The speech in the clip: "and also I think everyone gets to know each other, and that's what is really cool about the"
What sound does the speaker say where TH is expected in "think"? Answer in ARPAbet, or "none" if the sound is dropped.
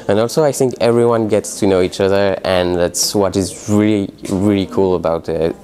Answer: TH